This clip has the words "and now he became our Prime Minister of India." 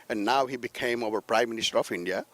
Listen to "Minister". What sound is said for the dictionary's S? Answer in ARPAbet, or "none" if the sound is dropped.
S